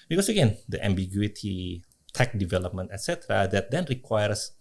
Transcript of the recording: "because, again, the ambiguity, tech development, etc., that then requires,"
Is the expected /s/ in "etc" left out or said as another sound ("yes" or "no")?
no